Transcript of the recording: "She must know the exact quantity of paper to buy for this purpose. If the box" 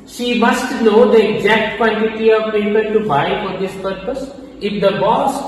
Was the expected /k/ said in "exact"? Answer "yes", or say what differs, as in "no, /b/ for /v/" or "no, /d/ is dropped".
yes